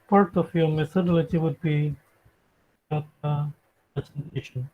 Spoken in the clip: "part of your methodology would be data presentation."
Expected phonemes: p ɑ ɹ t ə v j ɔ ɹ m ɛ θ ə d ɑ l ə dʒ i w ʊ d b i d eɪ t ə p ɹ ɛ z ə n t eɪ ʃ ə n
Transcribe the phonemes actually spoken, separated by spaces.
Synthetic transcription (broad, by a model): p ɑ ɹ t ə f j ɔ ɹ m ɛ s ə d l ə tʃ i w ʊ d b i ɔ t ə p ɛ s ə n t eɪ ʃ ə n